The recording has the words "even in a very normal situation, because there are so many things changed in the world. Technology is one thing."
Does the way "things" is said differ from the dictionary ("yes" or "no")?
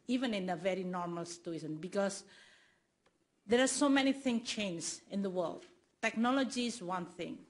yes